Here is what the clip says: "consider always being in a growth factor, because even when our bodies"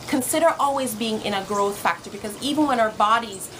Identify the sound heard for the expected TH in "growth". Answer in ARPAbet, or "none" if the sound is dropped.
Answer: TH